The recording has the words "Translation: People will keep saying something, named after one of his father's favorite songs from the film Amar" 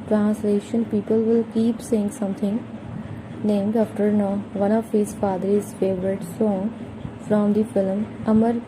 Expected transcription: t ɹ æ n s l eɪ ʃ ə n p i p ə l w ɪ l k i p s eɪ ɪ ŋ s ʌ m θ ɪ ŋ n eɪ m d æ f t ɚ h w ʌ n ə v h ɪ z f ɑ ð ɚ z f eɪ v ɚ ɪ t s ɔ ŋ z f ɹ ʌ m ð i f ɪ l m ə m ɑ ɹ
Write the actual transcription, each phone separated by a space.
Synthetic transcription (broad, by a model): t ɹ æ n s l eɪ ʃ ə n p i p ə l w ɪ l k i p s eɪ ɪ ŋ s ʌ m t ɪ ŋ n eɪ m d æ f t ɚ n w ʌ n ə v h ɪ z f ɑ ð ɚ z f eɪ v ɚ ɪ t s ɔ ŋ f ɹ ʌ m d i f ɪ l m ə m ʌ ɹ